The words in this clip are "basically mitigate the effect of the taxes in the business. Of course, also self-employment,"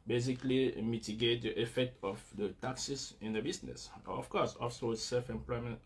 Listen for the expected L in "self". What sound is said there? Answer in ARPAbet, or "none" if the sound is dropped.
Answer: L